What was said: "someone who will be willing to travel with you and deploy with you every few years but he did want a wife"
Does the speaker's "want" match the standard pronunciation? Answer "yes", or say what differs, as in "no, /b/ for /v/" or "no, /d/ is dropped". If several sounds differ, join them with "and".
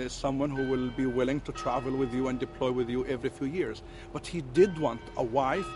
yes